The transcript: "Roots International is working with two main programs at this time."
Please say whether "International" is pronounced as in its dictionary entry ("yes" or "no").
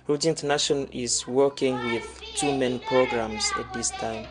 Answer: no